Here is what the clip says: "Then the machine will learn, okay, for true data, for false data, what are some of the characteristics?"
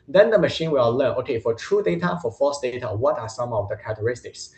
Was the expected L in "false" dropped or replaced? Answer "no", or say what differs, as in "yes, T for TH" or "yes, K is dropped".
yes, L is dropped